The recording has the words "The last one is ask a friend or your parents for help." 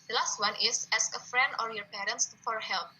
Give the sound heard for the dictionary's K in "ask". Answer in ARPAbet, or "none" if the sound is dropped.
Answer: none